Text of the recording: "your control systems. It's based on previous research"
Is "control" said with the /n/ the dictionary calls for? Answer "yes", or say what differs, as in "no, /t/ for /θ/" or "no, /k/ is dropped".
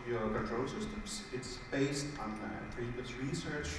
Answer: no, /n/ is dropped